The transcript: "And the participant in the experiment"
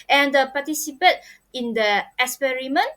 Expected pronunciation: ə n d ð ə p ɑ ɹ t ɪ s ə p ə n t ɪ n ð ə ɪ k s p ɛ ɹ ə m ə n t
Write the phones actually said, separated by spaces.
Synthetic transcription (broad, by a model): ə n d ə p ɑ t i s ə p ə t ɪ n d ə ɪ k s p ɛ ɹ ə m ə n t